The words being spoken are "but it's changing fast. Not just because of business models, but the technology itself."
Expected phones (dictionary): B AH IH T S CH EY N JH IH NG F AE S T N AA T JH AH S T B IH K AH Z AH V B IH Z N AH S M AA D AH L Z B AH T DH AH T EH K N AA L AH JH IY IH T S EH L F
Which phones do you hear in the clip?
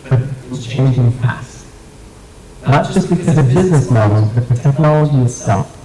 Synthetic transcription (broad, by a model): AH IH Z CH EY N JH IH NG P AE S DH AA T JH AH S B IH K AH Z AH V B IH Z N AH S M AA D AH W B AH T DH AH T EH K N AA L AH JH IY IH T S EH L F